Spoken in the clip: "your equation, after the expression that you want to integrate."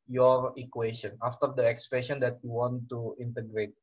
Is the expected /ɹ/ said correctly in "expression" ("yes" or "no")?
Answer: no